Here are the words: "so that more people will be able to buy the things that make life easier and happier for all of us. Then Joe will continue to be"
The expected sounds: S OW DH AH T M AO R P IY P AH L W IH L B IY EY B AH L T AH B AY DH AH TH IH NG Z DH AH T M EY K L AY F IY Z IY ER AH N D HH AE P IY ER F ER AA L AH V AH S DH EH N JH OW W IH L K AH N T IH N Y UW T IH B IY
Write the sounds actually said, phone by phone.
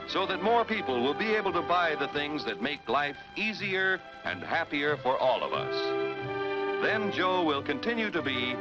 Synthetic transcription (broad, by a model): S OW DH AH T M AO R P IY P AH L W IH L B IY EY B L T AH B AY DH AH TH IH NG Z DH AH T M EY K L AY F IY Z IY ER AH N HH AE P IY ER F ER AA L AH V AH S DH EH N JH OW W IH L K AH N T IH N Y UW T IH B IY